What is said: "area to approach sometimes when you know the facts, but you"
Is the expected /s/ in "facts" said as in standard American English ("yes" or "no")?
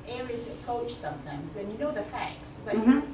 yes